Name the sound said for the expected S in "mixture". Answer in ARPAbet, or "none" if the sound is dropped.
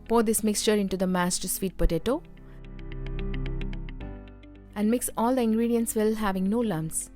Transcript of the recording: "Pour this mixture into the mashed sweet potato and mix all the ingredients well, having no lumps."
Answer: S